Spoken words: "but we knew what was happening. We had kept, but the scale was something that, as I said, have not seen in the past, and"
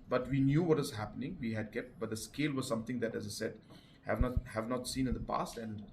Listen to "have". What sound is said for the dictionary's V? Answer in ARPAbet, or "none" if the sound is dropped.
V